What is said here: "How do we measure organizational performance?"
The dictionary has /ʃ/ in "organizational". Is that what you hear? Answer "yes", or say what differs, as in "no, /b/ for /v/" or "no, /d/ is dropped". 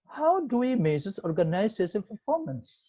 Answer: no, /s/ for /ʃ/